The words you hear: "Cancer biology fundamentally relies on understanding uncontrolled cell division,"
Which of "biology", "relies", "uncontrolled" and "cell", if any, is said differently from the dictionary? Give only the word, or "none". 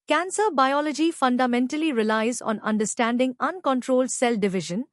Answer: none